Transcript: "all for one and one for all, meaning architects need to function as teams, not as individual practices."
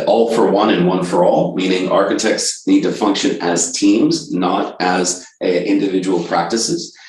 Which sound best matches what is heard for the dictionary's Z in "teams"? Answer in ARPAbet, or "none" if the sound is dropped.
Z